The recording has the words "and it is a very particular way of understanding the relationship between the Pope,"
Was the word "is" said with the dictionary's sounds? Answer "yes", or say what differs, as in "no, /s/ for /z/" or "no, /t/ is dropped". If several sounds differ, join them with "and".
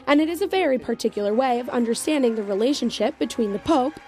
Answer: yes